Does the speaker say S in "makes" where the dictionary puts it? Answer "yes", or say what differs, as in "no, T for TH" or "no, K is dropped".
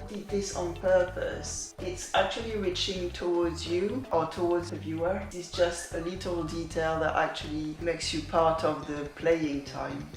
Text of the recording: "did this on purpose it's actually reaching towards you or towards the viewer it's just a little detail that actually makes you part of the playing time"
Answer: yes